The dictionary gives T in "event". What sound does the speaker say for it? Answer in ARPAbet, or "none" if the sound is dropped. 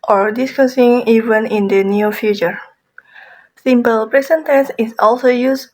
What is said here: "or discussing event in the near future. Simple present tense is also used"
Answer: none